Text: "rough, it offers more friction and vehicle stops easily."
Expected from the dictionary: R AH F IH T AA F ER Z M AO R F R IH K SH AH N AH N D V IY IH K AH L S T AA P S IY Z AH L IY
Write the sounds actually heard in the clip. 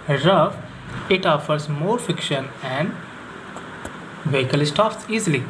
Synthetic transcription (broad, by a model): R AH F IH T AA F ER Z M AO R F IH K SH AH N AH N D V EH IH K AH L S T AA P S IY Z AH L IY